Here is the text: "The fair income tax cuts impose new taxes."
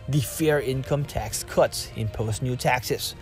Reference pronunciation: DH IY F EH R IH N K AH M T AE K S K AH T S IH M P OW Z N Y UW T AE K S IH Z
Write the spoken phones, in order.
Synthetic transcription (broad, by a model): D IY F EH R IH N K AH M T AE K S K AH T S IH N P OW S N Y UW T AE K S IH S